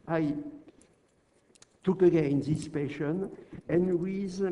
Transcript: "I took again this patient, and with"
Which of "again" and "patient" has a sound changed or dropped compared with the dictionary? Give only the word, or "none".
patient